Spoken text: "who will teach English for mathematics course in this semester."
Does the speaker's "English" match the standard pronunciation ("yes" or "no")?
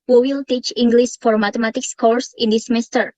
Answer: no